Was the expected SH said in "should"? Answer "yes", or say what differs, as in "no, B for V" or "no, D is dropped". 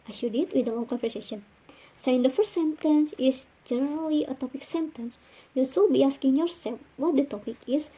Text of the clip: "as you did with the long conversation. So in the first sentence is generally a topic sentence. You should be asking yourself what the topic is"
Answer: no, S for SH